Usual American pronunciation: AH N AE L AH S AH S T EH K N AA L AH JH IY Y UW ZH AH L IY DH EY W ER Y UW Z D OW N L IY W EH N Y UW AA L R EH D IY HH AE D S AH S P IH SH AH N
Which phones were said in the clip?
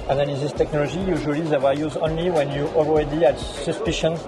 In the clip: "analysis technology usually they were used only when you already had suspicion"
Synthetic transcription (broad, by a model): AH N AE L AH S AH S T EH K N AA L AH JH IY Y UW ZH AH L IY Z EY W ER Y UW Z OW N L IY W EH N Y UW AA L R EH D IY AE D S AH S P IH SH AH N